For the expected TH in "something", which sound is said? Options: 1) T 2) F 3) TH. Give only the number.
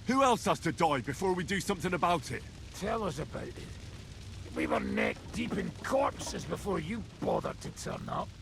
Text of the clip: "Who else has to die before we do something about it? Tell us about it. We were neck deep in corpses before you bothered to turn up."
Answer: 3